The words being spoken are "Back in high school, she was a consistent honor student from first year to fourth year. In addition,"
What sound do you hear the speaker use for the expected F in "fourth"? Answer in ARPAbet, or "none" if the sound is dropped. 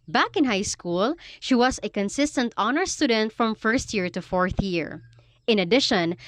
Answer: F